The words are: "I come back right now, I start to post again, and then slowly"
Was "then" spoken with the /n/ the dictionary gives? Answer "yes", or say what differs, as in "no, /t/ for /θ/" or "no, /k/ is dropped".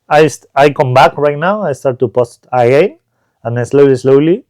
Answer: no, /l/ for /n/